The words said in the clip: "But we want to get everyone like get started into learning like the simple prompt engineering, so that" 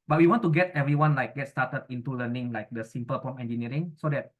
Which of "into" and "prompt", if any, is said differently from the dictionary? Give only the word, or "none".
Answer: prompt